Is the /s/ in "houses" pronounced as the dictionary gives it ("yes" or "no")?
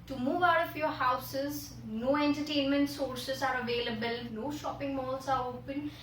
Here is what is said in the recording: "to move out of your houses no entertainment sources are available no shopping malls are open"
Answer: yes